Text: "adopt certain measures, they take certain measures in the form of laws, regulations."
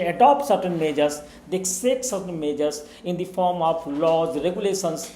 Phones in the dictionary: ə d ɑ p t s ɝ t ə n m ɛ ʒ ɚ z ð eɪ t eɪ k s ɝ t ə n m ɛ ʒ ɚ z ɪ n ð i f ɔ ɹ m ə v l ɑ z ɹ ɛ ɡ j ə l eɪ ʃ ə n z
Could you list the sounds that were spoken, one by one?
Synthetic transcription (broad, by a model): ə d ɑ p t s ɝ t ə n m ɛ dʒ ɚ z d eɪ s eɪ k s ɝ t ə n m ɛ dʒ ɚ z ɪ n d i f ɔ ɹ m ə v l ɑ z ɹ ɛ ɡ j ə l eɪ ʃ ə n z